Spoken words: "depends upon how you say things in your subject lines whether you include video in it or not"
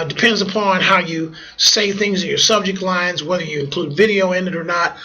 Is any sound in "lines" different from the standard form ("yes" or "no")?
no